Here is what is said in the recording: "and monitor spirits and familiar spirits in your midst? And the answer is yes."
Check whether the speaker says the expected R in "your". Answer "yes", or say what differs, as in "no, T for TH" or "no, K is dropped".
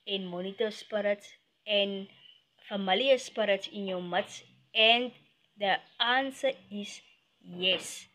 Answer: no, W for R